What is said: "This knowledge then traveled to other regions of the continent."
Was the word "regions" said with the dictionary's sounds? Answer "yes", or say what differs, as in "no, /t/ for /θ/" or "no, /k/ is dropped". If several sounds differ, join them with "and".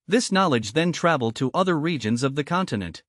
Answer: yes